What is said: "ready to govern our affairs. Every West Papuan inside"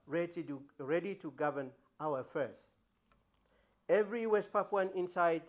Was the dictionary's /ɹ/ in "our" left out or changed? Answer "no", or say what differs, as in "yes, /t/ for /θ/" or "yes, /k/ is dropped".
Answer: yes, /w/ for /ɹ/